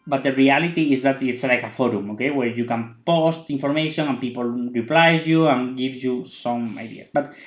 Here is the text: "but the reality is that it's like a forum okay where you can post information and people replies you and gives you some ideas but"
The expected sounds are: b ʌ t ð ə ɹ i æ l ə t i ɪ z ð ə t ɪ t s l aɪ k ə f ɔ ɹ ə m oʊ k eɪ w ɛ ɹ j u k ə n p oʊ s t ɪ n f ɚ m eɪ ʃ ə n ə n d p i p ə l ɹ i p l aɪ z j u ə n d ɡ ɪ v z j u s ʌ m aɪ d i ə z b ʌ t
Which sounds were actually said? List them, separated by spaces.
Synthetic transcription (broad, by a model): b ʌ t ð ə ɹ i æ l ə t i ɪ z ð ə t ɪ t s l aɪ k ə f ɔ ɹ ə m oʊ k eɪ w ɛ ɹ j u k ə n p oʊ s t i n f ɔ m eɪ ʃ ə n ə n p i p ə l ɹ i p l aɪ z j u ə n ɡ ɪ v j u s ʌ m aɪ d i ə s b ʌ t